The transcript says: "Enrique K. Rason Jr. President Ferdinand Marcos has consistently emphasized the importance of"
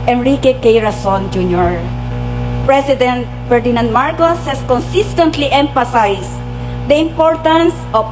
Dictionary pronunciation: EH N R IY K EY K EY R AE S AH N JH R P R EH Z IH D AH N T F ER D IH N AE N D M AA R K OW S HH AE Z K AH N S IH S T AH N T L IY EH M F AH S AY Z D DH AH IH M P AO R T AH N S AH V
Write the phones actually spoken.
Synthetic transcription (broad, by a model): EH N R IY K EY K EY R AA S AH N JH R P R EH S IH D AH N T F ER D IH N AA N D M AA R K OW S HH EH S K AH N S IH S T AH N T L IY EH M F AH S AY S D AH IH M P AO R T AH N S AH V